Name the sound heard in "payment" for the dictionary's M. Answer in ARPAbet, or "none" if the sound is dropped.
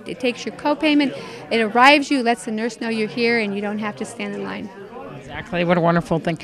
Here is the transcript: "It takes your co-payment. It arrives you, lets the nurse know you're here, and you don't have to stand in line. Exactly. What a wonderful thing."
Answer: M